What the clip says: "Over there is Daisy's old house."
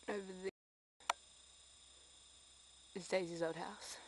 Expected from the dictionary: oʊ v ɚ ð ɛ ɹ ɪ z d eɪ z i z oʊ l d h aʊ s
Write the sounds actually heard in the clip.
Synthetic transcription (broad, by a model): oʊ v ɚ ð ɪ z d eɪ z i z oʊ d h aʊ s